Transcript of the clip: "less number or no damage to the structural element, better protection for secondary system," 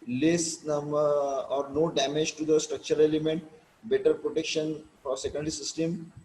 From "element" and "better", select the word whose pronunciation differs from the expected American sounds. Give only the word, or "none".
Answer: element